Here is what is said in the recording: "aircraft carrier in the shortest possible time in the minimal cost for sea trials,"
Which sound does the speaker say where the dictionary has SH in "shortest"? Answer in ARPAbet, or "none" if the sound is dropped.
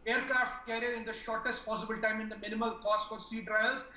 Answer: SH